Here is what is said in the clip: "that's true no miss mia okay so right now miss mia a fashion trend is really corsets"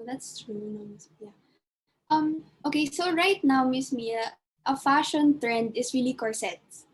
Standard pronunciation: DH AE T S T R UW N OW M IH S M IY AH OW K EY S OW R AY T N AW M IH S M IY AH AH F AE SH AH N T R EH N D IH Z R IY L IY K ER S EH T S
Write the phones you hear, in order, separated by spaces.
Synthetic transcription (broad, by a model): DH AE T S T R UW N OW M IH S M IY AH OW K EY S OW R AY T N AW M IH S M IY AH AH F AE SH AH N T R EH N D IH S R IY L IY K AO S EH T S